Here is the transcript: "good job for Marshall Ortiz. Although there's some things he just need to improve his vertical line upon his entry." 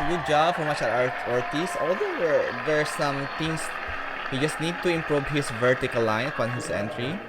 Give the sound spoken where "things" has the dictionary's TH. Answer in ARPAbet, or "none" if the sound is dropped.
T